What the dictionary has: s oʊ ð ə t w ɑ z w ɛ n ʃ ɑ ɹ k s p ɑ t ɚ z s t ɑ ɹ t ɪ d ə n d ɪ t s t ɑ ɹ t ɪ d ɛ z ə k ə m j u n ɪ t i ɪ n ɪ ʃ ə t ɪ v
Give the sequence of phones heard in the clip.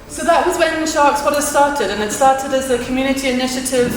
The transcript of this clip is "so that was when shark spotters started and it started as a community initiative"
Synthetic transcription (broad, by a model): s oʊ ð ə t w ɑ z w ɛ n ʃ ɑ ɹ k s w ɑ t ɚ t s t ɑ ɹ t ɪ d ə n ɪ t s t ɑ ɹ t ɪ d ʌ z ə k ə m j u n ɪ t i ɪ n ɪ ʃ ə t ɪ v